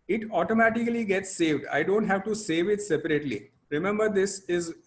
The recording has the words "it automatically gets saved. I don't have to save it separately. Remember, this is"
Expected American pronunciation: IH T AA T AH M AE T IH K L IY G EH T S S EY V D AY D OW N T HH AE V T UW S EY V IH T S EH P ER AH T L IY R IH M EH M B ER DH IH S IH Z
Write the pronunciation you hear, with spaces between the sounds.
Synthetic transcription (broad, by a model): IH T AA T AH M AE T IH K L IY G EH T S S EY V D AY D OW N T HH AE V T UW S EY V IH T S EH P ER AH T L IY R IH M EH M B ER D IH S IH Z